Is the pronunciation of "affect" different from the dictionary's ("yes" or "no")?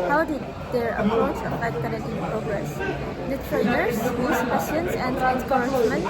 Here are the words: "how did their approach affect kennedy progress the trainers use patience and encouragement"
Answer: yes